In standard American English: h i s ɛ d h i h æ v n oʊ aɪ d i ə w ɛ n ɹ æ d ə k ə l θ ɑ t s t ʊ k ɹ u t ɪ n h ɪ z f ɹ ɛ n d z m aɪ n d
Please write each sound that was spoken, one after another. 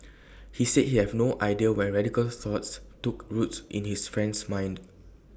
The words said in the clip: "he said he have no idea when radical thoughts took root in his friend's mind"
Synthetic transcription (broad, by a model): h i s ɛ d h i h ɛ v n oʊ aɪ d i ə w ɛ n ɹ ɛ d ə k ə l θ ɑ t s t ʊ k ɹ u t ɪ n h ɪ s f ɹ ɛ n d s m aɪ n d